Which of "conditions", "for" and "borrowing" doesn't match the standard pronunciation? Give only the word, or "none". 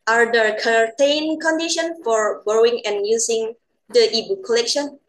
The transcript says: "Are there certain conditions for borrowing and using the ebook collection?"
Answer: conditions